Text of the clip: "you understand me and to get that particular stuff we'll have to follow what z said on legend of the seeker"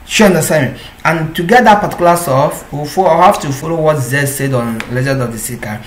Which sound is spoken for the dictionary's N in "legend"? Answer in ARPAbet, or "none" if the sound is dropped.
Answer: none